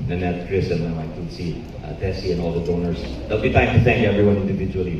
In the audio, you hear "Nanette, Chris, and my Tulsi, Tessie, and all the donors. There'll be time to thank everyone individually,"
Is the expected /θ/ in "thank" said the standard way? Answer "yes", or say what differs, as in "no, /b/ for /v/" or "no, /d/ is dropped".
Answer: yes